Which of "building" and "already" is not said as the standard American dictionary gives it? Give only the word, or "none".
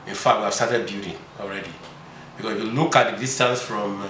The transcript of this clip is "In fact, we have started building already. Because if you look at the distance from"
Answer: building